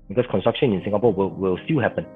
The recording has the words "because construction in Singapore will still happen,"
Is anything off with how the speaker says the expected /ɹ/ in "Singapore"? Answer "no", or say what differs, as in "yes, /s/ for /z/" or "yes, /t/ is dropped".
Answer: yes, /l/ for /ɹ/